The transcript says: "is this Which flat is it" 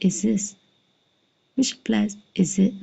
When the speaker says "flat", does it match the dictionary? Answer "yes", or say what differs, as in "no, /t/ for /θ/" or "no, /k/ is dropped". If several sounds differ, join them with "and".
no, /p/ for /f/